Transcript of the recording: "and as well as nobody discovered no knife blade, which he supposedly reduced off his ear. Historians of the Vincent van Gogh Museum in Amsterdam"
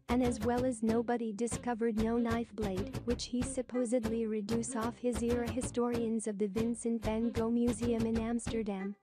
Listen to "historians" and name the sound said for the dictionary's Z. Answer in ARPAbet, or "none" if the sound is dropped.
Z